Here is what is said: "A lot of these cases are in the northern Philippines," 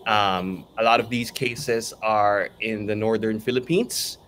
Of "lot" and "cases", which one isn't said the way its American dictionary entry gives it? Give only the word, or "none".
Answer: none